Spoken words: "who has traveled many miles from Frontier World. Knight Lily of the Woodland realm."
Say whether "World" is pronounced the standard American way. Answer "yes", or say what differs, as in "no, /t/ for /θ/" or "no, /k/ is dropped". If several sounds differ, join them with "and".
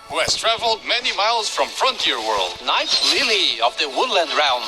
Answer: yes